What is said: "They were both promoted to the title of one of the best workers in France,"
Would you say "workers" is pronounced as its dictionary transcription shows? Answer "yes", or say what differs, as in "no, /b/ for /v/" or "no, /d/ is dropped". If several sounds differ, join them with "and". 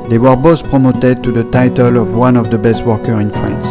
no, /z/ is dropped